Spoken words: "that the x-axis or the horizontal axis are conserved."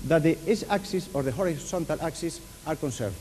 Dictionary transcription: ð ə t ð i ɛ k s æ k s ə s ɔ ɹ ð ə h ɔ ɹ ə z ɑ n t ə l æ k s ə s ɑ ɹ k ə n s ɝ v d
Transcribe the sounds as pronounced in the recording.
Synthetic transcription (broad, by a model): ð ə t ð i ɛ s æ k s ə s ɔ ɹ ð ə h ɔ ɹ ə s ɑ n t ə l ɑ k s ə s ɑ ɹ k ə n s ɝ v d